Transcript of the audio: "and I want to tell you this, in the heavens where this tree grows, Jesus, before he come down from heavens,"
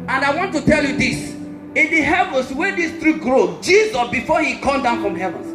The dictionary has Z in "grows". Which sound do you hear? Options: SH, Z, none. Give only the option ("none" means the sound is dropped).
none